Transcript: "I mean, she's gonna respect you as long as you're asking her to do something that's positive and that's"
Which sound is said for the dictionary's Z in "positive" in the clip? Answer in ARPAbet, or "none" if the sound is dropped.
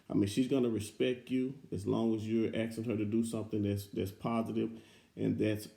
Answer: Z